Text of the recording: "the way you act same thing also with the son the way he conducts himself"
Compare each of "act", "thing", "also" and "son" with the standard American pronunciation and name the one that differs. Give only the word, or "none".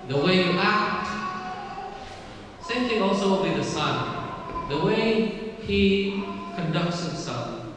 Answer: thing